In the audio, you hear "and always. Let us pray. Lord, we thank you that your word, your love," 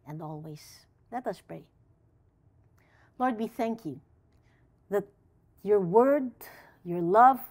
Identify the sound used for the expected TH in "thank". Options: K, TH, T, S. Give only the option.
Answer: TH